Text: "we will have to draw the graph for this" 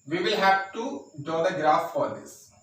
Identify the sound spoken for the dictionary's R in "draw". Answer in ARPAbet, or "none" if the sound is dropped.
none